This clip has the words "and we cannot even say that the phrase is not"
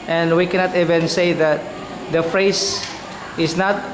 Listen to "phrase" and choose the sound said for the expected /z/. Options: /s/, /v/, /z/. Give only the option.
/s/